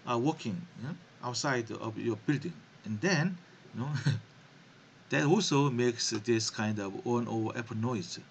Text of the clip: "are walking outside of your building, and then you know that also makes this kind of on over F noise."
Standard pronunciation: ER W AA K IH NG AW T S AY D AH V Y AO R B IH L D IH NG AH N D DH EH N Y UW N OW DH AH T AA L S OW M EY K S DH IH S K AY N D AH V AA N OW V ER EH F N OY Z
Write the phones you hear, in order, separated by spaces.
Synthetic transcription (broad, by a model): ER W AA K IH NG AW T S AY D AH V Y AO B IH L D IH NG AH N D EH N Y UW N OW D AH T AA L S OW M EY K S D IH S K AY N D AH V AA N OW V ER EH P N OY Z